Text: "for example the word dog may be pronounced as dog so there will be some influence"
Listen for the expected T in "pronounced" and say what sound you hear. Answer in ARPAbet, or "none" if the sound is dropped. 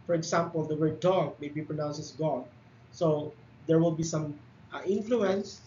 none